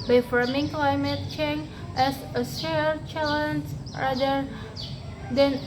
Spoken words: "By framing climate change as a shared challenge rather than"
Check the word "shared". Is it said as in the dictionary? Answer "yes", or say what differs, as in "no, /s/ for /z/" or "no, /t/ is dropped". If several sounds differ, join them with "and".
no, /s/ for /ʃ/